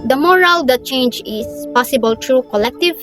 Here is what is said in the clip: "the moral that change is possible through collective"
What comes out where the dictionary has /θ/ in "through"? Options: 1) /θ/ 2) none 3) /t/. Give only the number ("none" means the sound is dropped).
3